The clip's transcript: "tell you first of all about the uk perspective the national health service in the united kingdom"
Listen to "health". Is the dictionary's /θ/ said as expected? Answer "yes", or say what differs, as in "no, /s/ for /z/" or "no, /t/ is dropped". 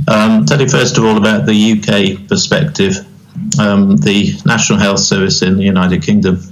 yes